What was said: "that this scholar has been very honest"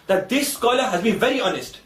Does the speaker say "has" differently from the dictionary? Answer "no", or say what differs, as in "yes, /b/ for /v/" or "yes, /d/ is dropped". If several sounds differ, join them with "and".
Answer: no